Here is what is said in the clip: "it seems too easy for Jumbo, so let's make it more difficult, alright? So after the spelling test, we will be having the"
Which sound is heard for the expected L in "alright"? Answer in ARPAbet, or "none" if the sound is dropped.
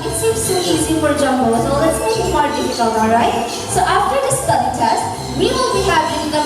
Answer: none